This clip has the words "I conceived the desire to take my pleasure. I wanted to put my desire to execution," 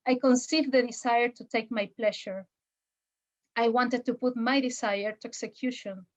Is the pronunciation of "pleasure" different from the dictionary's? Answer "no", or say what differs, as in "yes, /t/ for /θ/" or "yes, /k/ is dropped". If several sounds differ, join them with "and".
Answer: yes, /ʃ/ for /ʒ/